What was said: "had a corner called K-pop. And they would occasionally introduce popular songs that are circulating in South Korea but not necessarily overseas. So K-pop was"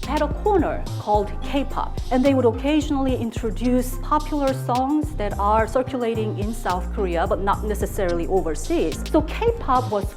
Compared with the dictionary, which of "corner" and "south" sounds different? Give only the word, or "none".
none